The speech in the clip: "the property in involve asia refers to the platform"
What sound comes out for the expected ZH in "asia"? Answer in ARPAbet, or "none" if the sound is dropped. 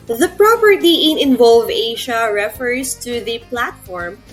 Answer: SH